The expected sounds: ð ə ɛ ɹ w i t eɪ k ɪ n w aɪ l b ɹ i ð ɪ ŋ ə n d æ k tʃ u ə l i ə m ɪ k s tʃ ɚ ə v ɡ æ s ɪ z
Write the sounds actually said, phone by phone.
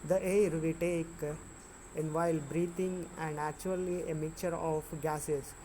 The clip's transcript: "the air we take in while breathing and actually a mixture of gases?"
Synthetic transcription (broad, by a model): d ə ɛ ɹ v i t eɪ k ɪ n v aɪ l b ɹ i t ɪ ŋ ə n d æ k tʃ u ə l i ə m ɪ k tʃ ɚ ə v ɡ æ s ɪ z